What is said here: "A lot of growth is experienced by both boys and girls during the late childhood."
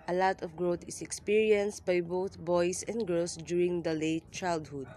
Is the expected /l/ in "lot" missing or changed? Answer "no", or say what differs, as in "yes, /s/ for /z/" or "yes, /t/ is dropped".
no